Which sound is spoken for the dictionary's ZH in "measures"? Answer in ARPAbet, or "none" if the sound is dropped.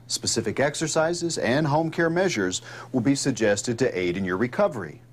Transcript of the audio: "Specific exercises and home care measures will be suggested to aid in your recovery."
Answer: ZH